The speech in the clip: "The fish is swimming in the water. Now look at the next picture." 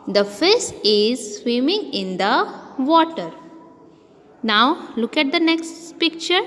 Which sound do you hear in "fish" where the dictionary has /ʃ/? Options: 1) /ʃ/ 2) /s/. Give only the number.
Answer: 2